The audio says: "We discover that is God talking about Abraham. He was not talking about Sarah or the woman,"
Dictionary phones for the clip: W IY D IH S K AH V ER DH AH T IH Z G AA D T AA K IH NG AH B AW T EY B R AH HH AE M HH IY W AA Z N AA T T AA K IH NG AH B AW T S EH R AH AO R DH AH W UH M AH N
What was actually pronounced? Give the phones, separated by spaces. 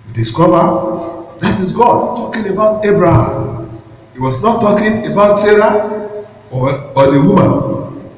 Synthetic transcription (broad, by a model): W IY D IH S K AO V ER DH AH T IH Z G AA D T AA K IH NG AH B AW T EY B R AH HH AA M HH IY W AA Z N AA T T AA K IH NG AH B AW T S EH R AH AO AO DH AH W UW M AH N